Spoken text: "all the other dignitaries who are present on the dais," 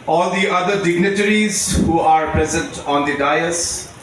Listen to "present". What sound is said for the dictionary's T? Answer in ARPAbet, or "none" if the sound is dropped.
T